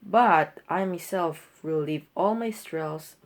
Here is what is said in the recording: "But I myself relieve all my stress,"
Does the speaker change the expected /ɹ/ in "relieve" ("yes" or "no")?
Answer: yes